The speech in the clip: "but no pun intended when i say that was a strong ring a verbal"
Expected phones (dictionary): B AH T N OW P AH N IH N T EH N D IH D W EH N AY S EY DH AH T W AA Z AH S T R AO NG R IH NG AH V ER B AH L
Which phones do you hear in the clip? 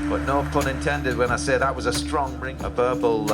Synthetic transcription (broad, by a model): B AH T N OW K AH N IH N T EH N D IH D W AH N AY S EY DH AH T W AA Z AH S T R AO NG R IH NG AH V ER B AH L